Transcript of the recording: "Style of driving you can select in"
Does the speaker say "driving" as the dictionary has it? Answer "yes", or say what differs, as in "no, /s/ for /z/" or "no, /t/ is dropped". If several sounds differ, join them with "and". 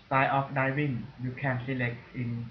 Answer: no, /ɹ/ is dropped and /w/ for /v/